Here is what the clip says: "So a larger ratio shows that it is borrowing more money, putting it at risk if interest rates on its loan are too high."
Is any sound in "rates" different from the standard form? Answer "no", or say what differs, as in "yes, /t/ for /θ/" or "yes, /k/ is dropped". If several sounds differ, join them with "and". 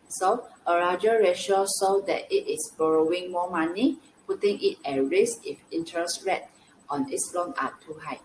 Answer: yes, /s/ is dropped